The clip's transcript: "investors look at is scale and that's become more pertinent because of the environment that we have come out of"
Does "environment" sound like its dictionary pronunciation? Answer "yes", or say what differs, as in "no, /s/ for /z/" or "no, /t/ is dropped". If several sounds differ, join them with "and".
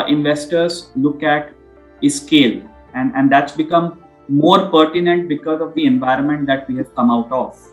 yes